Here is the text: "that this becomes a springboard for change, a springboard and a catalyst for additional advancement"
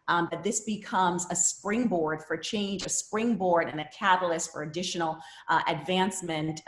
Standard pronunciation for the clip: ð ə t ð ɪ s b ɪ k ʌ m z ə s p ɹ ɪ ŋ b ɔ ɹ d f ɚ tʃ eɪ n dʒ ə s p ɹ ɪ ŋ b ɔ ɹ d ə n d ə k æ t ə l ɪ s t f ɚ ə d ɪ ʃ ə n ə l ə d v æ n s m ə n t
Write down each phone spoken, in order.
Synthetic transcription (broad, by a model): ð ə t ð ɪ s b ɪ k ʌ m z ə s p ɹ ɪ ŋ b ɔ ɹ d f ɚ tʃ eɪ n dʒ ə s p ɹ ɪ ŋ b ɔ ɹ d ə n ə k æ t l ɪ s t f ɚ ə d ɪ ʃ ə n l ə d v æ n s m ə n t